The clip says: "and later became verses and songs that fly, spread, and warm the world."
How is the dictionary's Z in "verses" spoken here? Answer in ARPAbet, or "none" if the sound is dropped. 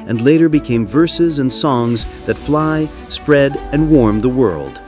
Z